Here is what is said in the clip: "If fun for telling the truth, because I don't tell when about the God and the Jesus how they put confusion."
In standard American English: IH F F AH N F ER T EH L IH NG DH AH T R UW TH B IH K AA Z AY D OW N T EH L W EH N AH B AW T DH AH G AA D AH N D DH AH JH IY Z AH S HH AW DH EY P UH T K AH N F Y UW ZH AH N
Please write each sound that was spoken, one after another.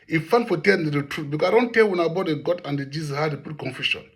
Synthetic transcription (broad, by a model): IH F F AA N F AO T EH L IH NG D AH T R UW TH B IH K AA AY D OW N T EH L W EH N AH B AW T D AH G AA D AH N D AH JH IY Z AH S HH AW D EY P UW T K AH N F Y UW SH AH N